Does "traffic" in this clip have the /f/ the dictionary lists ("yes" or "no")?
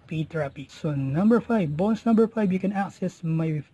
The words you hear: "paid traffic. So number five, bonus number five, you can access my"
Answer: no